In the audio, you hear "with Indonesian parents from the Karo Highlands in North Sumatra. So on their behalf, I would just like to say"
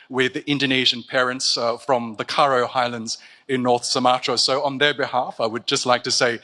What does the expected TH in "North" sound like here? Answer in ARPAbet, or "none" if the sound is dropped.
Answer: TH